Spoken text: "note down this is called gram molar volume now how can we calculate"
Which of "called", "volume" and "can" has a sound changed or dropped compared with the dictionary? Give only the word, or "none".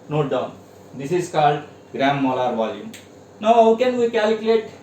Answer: none